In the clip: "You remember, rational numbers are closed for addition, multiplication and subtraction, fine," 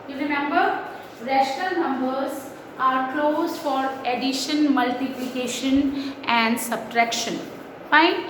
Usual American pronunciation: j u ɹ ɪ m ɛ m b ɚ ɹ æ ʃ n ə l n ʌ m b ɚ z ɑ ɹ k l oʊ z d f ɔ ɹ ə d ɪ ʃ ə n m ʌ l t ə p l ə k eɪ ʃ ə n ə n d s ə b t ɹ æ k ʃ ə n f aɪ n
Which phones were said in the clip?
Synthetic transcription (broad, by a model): j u ɹ ɪ m ɛ m b ɚ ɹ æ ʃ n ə l n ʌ m b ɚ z ɑ ɹ k l oʊ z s f ɔ ɹ ə d ɪ ʃ ə n m ʌ l t ə p l ə k eɪ ʃ ə n ə n d s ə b t ɹ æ k ʃ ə n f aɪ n